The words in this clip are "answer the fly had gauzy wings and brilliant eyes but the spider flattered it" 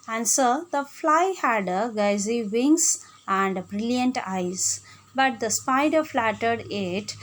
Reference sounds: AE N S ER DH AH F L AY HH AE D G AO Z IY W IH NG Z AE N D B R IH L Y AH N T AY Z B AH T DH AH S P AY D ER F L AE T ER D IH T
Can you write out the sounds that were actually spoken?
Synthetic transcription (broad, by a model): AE N S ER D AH F L AY HH AE D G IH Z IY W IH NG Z AE N D B R IH L Y AH N T AY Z B AH T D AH S P AY D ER F L AE T ER D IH T